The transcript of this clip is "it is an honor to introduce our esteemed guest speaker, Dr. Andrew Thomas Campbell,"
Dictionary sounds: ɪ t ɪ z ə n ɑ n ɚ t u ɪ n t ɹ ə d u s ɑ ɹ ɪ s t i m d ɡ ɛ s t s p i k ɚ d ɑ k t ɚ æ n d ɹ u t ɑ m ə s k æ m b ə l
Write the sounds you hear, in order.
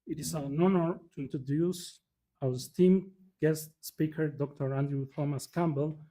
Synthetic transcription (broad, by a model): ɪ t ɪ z ə n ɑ n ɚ t u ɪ n t ɹ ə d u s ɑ w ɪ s t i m ɡ ɛ s t s p i k ɚ d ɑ k t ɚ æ n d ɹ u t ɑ m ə s k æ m b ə l